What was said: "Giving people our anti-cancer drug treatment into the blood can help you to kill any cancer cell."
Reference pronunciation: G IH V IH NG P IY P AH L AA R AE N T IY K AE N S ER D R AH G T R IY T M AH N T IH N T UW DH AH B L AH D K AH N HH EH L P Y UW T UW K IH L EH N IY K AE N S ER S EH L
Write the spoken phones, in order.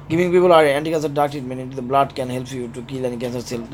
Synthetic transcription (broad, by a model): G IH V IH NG P IY P AH L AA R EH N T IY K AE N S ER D AA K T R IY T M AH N IH N T UW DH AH B L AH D K AH N HH EH L P Y UW T UW K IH L EH N IY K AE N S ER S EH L